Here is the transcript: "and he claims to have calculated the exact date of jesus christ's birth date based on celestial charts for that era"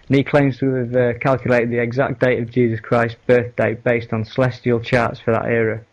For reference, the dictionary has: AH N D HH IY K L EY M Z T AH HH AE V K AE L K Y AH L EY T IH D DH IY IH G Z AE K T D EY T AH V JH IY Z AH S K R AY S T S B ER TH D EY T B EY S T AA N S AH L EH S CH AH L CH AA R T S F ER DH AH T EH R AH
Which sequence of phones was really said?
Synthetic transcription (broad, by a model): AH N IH K L EY M Z T AH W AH V K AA L K Y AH L EY T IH D DH IY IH G Z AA K D EY T AH V JH IY Z AH S K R AY S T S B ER TH D EY T B EY S T N S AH L EH S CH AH L CH AA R T S F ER DH AH T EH R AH